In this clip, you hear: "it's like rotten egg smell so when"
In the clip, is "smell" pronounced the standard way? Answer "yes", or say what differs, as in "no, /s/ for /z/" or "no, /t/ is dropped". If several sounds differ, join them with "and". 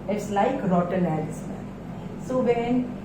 no, /n/ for /l/